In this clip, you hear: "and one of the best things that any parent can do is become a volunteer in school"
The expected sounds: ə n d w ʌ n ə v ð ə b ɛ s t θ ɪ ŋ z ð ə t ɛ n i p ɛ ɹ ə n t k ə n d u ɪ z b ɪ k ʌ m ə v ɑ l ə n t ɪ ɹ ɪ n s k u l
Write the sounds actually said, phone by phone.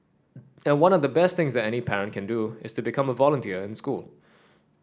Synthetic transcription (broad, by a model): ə n w ʌ n ə v ð ə b ɛ s t θ ɪ ŋ z ð ə t ɛ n i p ɛ ɹ ə n t k ə n d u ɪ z b ɪ k ʌ m ə v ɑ l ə n t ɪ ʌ ɪ n s k u l